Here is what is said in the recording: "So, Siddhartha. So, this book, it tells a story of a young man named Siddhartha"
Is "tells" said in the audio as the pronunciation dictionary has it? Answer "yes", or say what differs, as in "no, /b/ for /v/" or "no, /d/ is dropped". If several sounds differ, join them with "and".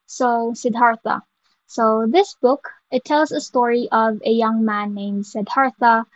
yes